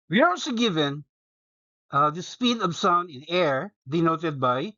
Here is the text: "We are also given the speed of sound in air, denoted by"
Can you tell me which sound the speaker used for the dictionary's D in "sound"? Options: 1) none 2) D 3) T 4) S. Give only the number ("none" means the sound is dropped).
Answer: 1